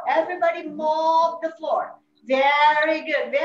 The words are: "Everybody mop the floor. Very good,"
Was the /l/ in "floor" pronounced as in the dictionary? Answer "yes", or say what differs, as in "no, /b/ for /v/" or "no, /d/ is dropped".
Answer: yes